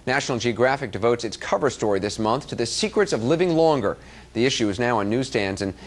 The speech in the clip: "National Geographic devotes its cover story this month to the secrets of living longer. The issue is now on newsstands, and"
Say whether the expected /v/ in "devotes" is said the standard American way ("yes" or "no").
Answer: yes